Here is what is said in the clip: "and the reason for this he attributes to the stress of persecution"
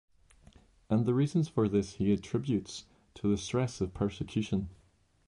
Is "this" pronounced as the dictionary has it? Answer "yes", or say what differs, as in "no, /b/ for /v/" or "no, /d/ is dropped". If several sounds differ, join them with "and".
yes